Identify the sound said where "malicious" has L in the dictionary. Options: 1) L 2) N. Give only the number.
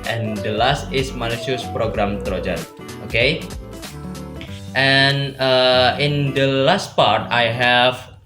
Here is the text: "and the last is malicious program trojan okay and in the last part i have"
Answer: 2